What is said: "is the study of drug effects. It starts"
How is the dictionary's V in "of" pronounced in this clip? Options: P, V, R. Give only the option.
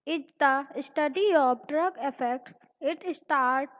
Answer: P